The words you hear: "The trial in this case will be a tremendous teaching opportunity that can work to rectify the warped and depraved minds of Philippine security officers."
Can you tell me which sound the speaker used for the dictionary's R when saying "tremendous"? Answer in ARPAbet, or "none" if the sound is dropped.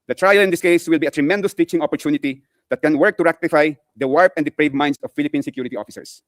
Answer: R